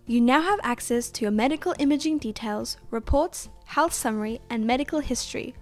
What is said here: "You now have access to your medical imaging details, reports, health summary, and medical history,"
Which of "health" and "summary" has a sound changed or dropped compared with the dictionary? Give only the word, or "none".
none